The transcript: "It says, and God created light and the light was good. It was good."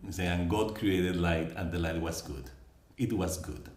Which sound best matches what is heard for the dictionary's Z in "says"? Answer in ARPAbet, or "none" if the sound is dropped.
none